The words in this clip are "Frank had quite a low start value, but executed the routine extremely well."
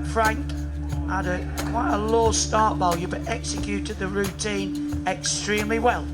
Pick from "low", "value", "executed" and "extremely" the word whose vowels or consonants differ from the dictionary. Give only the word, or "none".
value